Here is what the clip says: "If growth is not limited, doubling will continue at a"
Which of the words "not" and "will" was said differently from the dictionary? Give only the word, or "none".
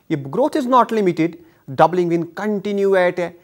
will